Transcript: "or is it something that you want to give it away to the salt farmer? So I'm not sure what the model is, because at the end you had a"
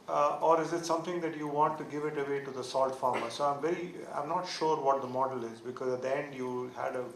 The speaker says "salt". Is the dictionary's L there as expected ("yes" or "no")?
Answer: yes